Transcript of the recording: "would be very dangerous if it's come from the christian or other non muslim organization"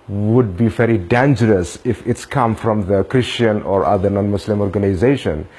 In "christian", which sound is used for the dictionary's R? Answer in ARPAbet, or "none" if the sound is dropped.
R